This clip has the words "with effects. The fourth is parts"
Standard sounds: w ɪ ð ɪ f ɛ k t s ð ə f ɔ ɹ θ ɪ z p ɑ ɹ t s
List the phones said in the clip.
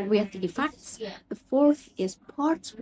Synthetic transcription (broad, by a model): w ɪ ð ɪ f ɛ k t s ð ə f ɔ ɹ θ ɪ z p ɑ ɹ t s